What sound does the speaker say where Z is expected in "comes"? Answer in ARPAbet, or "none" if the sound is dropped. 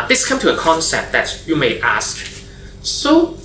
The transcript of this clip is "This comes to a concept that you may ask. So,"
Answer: none